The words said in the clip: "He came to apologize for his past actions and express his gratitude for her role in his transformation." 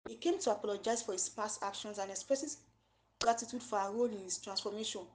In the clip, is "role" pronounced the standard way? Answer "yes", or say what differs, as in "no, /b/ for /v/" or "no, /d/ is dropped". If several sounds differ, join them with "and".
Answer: yes